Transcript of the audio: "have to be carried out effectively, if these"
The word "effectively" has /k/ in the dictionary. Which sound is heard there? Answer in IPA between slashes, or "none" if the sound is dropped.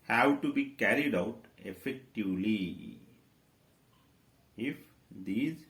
/k/